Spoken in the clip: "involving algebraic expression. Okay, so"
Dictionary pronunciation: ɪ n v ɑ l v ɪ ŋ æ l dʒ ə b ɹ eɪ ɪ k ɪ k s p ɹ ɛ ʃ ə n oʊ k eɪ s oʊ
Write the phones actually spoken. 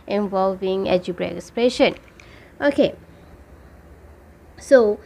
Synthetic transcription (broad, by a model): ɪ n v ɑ l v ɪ ŋ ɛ dʒ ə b ɹ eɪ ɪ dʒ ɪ s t ɹ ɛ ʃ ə n oʊ k eɪ s oʊ